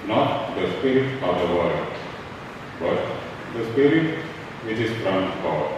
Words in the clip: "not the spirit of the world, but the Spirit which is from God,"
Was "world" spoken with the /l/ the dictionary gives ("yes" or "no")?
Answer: no